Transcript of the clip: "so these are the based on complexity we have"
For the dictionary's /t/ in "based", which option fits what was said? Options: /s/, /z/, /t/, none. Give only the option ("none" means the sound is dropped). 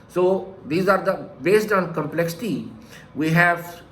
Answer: /t/